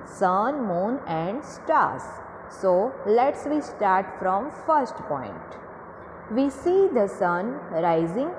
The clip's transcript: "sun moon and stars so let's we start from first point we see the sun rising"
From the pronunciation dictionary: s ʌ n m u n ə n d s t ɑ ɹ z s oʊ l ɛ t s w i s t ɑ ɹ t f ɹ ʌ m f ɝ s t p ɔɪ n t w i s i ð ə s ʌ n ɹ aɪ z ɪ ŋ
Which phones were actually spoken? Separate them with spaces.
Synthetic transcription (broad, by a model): s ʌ n m u n ə n d s t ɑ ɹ s oʊ l ɛ t s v i s t ɑ ɹ t f ɹ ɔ m f ɝ s t p ɔɪ n t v i s i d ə s ʌ n ɹ aɪ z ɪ ŋ